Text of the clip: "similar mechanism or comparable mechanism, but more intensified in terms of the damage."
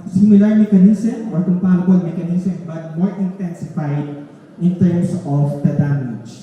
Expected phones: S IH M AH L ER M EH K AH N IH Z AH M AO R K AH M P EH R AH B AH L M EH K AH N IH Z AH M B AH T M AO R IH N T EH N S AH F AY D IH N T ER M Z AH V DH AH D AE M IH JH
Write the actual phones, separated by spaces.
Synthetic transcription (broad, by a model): S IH M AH L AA M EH K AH N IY S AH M AO R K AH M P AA L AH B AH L M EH K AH N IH S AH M B AH T M AO R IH N T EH N S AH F AY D IH N T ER M S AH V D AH D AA M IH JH